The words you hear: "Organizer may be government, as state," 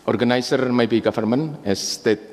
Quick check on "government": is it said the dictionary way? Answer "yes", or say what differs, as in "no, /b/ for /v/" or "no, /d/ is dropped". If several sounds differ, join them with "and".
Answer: no, /t/ is dropped